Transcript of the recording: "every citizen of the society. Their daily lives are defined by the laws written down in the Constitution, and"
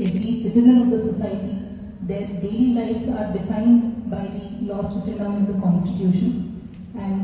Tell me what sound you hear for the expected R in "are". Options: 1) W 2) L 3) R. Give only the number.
3